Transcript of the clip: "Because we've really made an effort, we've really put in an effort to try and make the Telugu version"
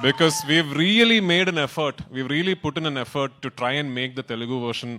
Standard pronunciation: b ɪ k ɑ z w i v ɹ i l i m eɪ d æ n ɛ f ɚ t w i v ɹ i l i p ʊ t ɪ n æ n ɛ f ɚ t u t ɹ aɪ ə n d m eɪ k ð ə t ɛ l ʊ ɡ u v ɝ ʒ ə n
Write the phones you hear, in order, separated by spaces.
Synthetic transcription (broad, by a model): b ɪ k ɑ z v i v ɹ i l i m eɪ d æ n ɛ f ɚ t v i v ɹ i l i p ʊ t ɪ n æ n ɛ f ɚ t u t ɹ aɪ ə n d m eɪ k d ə t ɛ l ʊ ɡ u v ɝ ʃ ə n